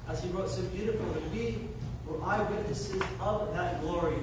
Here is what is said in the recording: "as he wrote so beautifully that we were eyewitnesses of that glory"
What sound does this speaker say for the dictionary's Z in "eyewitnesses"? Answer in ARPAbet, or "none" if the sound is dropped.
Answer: Z